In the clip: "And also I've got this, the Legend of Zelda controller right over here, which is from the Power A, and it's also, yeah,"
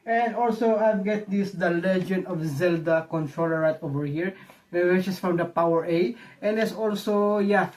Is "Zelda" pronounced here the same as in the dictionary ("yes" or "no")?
yes